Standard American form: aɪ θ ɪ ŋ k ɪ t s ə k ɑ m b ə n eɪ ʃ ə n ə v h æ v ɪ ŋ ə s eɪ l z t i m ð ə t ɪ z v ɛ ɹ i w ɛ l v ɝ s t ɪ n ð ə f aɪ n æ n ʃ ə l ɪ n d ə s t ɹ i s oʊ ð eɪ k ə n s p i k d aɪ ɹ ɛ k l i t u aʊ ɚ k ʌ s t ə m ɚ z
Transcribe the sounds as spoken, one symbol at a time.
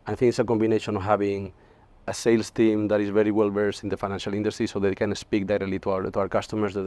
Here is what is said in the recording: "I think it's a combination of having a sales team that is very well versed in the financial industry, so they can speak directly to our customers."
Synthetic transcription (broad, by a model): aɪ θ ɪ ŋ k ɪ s ə k ɑ m b ə n eɪ ʃ ə n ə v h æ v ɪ ŋ ə s eɪ l s t i m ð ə t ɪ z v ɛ ɹ i w ɛ l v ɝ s ɪ n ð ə f aɪ n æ n ʃ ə l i n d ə s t ɹ i s oʊ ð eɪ k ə n s p i k d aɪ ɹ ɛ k l i t u aʊ ɚ k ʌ s t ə m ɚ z